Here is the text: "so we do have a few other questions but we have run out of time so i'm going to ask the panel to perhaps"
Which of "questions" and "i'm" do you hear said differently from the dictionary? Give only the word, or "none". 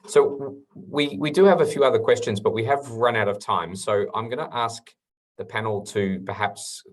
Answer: none